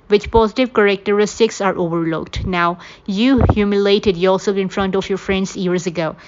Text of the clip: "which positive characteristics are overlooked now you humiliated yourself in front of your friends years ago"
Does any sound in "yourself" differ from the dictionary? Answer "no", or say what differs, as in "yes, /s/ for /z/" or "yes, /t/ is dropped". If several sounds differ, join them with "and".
yes, /l/ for /ɹ/ and /f/ is dropped